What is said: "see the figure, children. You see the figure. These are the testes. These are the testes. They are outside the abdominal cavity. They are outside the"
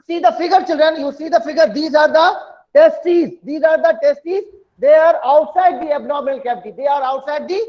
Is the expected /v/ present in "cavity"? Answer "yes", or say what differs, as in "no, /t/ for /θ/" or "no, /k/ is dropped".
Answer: no, /b/ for /v/